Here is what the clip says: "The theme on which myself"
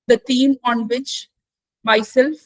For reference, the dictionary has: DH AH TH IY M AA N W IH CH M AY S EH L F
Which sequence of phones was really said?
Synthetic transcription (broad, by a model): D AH T IY M AA N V IH CH M AY S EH L F